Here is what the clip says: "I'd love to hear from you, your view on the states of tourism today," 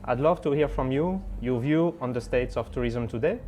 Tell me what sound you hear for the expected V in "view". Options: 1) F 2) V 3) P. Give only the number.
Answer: 2